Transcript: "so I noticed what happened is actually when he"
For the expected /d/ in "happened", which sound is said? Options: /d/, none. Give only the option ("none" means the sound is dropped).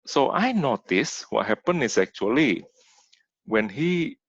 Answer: none